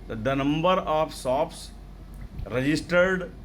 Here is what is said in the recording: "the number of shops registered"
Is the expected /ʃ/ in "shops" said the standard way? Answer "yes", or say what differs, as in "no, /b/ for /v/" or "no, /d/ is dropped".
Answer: no, /s/ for /ʃ/